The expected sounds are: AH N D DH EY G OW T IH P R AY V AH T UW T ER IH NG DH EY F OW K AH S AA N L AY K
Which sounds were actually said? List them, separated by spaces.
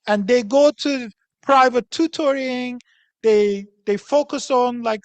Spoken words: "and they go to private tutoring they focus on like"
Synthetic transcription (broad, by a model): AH N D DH EY G OW T IH P R AY V AH T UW T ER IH NG DH EY F OW K AH S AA N L AY K